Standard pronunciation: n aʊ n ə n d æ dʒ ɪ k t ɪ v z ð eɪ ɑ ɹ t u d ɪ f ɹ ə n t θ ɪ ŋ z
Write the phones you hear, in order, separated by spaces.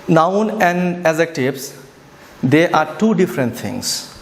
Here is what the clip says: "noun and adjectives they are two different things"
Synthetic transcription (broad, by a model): n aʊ n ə n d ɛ z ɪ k t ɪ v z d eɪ ɑ ɹ t u d ɪ f ɹ ə n t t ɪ ŋ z